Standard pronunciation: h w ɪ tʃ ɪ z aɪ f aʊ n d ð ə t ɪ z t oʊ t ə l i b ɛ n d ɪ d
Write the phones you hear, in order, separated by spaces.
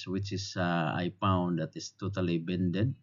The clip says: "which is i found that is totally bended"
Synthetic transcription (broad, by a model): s w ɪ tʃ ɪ s aɪ p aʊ n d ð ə t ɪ s t oʊ t ə l i b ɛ n d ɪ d